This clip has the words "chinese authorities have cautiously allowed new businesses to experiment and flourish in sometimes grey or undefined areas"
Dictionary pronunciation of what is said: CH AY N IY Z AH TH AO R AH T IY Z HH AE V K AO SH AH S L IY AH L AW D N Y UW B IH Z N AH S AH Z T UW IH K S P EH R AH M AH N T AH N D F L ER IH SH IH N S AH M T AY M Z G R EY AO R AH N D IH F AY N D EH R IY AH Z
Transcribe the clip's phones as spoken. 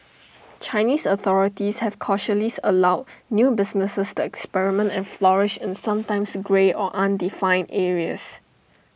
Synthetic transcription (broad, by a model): CH AY N IY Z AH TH AO R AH T IY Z HH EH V K AO SH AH L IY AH L AW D N Y UW B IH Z N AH S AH S T UW IH K S P EH R AH M AH N T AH N F L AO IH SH IH N S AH M T AY M S G R EY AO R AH N D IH F AY N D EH R IY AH S